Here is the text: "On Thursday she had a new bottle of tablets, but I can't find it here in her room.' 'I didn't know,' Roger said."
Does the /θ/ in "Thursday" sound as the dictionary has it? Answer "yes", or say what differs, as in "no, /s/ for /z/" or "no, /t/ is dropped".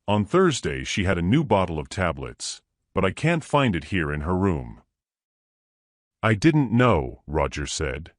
yes